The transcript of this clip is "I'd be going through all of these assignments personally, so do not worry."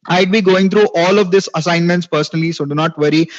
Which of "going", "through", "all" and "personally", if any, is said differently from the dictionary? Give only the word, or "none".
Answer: through